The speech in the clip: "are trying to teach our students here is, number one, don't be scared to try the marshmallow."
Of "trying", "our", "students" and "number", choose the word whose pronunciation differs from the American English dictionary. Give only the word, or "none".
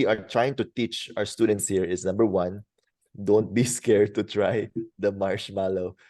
none